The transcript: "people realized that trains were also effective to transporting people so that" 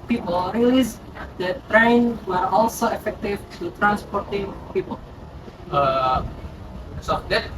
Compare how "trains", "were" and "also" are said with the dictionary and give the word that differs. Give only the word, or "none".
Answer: trains